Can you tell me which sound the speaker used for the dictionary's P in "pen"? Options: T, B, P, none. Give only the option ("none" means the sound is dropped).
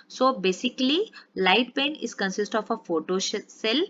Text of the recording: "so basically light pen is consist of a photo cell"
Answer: B